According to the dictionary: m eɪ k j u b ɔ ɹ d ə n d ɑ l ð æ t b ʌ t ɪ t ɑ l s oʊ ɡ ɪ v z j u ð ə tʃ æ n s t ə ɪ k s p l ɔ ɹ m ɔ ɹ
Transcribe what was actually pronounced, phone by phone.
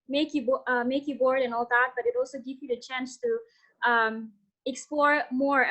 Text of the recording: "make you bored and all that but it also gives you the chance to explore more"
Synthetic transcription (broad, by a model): m eɪ k j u b ɔ ɹ d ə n ɑ l ð æ t b ʌ t ɪ t ɑ l s oʊ ɡ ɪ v j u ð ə tʃ æ n s t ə ɪ k s p l ɔ ɹ m ɔ ɹ